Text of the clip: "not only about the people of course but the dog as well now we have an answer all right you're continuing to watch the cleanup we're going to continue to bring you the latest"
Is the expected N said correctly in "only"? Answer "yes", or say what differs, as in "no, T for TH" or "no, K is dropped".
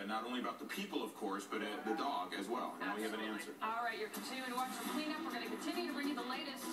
no, N is dropped